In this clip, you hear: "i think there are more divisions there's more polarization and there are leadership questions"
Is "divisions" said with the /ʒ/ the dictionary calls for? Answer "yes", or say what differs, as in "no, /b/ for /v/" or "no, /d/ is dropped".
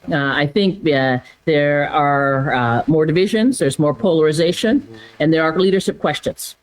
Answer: yes